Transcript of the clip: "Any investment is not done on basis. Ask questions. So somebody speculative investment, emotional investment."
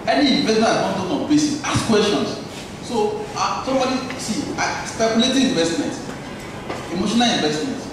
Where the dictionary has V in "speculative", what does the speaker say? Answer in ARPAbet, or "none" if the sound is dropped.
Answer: none